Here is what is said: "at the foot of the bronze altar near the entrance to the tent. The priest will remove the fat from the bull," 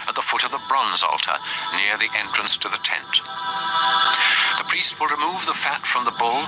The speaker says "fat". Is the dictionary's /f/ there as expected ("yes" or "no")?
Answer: yes